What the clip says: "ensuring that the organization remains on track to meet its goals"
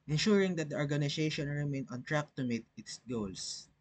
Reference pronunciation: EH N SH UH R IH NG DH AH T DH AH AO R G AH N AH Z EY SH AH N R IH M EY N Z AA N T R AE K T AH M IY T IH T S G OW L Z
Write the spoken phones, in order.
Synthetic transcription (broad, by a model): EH N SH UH R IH NG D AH T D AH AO R G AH N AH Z EY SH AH N R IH M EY N AA N T R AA K T AH M IY T IH T S G OW L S